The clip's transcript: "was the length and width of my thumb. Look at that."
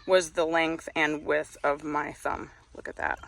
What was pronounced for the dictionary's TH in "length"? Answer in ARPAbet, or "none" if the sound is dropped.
TH